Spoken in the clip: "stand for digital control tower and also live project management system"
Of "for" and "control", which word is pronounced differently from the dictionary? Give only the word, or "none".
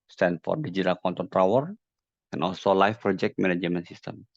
control